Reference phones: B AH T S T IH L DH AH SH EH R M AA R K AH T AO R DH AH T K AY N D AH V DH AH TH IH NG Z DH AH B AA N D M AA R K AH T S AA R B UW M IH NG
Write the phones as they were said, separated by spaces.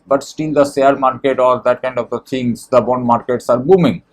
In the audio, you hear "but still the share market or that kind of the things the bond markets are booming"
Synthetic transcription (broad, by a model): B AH T S T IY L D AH S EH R M AA R K AH T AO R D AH T K AY N D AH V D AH T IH NG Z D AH B AA N D M AA R K AH T S AA R B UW M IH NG